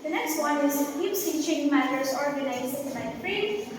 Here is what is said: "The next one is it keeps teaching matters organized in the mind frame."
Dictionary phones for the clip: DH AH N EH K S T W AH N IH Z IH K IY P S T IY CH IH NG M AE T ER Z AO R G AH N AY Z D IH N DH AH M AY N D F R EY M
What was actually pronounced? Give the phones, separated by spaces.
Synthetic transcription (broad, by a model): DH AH N EH K S T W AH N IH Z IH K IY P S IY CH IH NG M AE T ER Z AO R G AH N AY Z IH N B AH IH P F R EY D